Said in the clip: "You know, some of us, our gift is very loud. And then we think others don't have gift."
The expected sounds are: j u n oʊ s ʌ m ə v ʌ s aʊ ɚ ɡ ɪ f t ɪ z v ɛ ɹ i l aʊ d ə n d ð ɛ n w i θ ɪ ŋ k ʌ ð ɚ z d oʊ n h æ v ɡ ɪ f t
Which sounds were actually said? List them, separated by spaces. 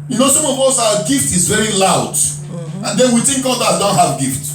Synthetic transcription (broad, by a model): j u n oʊ s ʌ m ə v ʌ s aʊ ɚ ɡ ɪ f t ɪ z v ɛ ɹ i l aʊ d ə n d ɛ n w i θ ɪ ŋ k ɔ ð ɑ d oʊ n h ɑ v ɡ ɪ f t